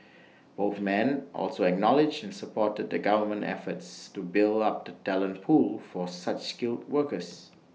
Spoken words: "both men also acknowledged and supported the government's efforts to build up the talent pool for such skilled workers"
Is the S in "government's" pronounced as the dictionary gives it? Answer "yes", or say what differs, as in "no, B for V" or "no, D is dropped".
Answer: no, S is dropped